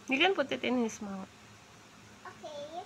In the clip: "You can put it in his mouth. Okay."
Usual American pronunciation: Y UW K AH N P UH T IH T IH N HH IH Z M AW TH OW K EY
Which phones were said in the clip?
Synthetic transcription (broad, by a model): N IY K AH N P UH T IH T IH N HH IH S M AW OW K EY